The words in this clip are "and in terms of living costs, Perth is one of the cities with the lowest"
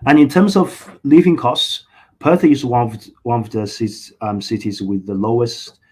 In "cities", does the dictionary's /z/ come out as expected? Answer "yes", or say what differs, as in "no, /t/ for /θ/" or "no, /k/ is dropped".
yes